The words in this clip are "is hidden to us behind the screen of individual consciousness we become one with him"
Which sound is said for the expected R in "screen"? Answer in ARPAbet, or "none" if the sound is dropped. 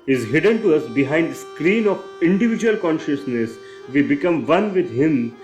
R